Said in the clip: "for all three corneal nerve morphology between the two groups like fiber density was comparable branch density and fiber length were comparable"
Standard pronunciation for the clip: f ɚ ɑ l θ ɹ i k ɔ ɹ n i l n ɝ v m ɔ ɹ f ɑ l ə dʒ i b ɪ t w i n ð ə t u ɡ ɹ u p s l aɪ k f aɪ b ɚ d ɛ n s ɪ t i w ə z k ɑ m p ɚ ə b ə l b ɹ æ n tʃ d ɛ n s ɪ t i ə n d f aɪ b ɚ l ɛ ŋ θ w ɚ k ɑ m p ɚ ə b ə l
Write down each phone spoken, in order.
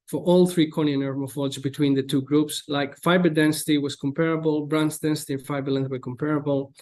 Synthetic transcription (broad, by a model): f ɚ ɑ l θ ɹ i k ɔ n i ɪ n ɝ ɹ m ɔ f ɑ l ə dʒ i b ɪ t w i n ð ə t u ɡ ɹ u p s l aɪ k f aɪ b ɚ d ɛ n s ɪ t i w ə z k ɑ m p ɚ ə b ə l b ɹ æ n s d ɛ n s ɪ t i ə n f aɪ b ɚ l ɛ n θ w ɚ k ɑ m p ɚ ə b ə l